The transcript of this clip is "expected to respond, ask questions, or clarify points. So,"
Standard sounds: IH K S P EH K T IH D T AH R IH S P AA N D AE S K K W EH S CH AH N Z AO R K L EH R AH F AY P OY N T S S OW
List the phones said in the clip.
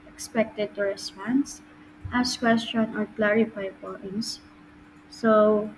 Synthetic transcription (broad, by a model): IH K S P EH K T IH D T AH R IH S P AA N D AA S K K W EH S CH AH N AO R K L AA R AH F AY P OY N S S OW